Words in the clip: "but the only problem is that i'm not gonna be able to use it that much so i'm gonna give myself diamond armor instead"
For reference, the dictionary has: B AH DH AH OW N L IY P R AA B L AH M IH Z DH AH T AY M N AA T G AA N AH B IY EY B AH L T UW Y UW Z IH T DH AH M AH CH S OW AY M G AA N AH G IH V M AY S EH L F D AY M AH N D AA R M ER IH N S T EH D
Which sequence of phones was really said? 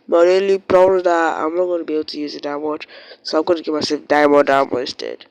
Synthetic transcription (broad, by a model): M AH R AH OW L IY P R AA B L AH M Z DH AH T AY M N AA T G AA N AH B IY EY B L T UW Y UW Z IH T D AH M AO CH S OW AY M G AA N AH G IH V M AY S EH L F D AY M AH D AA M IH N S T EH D